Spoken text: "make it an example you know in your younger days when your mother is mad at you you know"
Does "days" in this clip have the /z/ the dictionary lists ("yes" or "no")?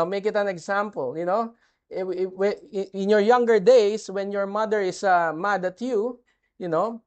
no